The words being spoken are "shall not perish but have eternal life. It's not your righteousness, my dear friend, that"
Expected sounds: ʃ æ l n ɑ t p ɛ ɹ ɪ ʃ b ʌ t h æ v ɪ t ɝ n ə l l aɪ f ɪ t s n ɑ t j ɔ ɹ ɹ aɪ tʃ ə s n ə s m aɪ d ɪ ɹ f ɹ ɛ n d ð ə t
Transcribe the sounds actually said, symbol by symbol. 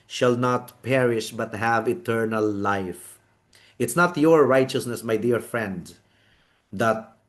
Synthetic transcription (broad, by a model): ʃ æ l n ɑ t p ɛ ɹ ɪ ʃ b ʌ t h æ v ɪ t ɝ n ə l l aɪ f ɪ t s n ɑ t j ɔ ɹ ɹ aɪ tʃ ə s n ə s m aɪ d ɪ ɹ f ɹ ɛ n d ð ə t